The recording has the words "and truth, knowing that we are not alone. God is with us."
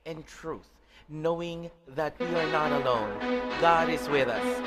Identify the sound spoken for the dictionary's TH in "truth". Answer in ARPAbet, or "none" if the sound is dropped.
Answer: TH